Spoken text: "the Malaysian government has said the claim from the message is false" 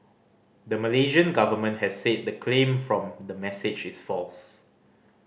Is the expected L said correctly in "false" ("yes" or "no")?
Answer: yes